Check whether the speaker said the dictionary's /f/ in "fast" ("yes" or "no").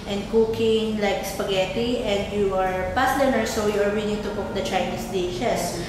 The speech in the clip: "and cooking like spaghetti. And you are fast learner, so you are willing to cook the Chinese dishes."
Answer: no